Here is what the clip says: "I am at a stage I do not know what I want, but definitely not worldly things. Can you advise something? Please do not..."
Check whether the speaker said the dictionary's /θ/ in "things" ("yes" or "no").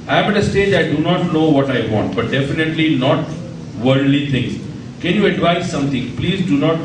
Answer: no